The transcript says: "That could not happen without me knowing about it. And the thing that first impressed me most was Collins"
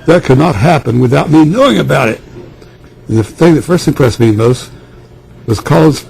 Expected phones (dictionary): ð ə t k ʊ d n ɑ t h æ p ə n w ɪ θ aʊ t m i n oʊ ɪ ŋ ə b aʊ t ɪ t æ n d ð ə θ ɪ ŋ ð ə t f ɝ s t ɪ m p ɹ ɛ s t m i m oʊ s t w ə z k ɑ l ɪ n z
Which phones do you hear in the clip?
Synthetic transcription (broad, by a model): ð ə t k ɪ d n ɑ t h æ p ə n w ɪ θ aʊ t m i n oʊ ɪ ŋ ə b aʊ t ɪ t n ð ə θ ɪ ŋ ð ə t f ɝ s t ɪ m p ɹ ɛ s m i m oʊ s t w ə z k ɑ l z